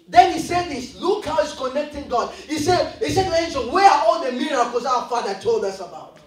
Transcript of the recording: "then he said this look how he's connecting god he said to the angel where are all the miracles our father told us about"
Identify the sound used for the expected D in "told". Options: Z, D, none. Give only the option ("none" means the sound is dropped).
D